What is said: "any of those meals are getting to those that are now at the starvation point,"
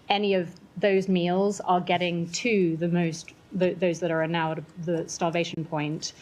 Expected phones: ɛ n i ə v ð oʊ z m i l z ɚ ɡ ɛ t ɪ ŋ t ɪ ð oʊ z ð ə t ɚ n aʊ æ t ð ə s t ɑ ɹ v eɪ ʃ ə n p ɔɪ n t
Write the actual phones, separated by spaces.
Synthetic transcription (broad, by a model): ɛ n i ə v ð oʊ z m i l z ɚ ɡ ɛ t ɪ ŋ t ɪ ð oʊ z ð ə t ɚ n aʊ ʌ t ð ə s t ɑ l v eɪ ʃ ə n p ɔɪ n t